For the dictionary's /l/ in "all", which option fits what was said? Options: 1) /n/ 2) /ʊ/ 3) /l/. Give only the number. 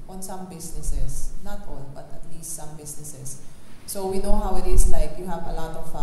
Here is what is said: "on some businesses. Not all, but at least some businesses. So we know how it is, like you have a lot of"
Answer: 1